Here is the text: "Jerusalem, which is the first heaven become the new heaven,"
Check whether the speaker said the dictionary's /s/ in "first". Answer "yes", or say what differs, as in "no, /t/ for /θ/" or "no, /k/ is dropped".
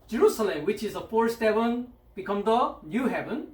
no, /s/ is dropped